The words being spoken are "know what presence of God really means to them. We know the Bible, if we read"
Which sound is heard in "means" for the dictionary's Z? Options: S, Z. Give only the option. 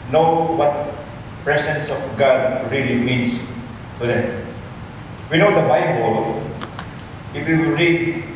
S